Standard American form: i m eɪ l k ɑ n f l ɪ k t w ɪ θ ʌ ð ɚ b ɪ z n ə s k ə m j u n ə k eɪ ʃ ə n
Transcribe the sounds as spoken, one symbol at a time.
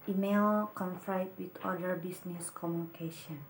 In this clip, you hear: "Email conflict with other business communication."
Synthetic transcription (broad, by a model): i m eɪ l k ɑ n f ɪ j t w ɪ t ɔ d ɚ b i s n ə s k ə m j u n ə k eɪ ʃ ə n